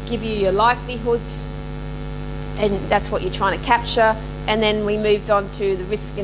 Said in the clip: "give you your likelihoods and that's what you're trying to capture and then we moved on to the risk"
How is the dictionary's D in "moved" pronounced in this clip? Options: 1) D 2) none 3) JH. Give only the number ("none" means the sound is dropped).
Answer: 1